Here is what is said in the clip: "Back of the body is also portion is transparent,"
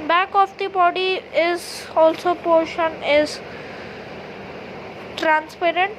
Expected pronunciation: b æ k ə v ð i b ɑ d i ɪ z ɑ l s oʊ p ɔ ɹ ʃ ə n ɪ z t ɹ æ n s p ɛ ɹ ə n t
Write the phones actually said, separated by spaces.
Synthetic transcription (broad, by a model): b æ k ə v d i b ɑ d i ɪ z ɑ l s oʊ p ɔ ɹ ʃ ə n ɪ z t ɹ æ n s p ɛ ɹ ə n t